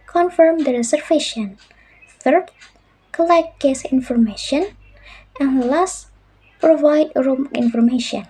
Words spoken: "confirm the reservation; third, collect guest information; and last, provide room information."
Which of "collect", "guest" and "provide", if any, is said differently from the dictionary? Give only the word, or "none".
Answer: guest